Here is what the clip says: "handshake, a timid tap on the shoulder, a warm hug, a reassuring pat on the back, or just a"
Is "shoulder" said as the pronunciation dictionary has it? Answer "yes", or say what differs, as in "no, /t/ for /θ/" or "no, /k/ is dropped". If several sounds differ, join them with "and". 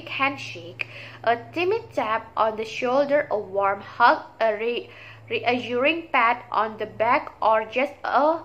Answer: yes